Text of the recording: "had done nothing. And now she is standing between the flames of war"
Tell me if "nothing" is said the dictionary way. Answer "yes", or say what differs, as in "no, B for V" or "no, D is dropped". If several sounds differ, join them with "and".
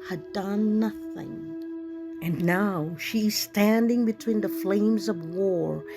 yes